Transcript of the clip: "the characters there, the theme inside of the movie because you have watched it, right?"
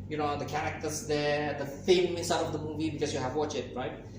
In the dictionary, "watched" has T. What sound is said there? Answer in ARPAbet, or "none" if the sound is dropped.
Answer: none